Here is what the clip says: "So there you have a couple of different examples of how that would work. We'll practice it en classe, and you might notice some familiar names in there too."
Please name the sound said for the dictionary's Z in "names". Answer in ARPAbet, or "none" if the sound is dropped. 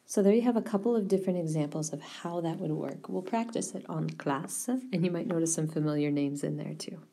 Z